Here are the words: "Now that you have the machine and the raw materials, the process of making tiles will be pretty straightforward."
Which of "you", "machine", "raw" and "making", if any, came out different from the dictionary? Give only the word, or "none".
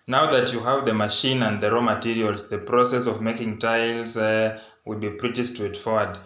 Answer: none